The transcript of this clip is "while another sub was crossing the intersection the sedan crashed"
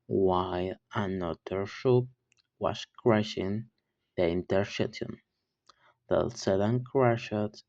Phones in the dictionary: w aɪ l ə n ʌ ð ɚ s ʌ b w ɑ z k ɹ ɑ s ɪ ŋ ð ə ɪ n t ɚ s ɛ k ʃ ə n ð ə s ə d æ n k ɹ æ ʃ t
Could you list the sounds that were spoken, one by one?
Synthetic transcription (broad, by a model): w aɪ l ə n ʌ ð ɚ ʃ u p w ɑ s k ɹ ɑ ʃ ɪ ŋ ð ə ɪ n t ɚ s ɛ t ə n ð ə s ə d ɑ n k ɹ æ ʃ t